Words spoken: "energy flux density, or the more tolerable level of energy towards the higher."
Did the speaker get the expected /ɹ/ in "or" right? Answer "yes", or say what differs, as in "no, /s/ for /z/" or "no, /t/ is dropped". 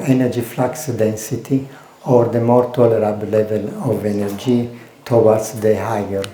yes